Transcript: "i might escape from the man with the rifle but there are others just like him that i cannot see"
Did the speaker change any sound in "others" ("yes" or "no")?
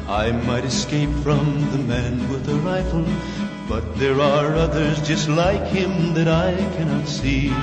no